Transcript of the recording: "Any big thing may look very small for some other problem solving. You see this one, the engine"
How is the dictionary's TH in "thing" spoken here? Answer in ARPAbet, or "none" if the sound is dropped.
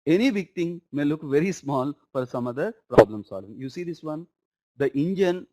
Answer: T